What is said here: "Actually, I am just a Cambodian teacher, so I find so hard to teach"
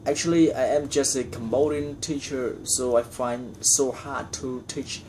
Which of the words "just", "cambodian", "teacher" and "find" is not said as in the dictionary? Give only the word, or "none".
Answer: cambodian